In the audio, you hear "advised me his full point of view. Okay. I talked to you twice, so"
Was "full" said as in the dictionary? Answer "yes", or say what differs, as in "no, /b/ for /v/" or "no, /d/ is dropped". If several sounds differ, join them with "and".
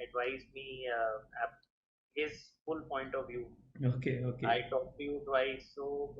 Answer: yes